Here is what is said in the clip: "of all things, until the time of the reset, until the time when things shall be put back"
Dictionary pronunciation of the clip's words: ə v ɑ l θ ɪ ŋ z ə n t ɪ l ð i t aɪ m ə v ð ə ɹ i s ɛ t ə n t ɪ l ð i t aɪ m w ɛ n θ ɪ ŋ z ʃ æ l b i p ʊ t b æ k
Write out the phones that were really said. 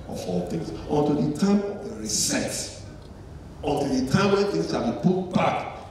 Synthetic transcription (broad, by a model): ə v ɑ l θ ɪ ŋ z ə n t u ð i t aɪ m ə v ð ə ɹ i s ɛ t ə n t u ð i t aɪ m w ɛ n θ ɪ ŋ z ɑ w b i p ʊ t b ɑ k